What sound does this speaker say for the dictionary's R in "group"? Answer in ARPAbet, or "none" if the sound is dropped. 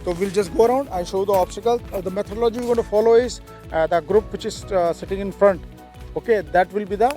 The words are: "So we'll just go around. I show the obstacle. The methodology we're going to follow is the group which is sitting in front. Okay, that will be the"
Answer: R